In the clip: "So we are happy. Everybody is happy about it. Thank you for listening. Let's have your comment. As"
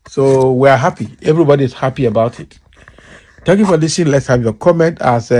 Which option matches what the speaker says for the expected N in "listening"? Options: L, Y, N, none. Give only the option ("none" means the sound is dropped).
none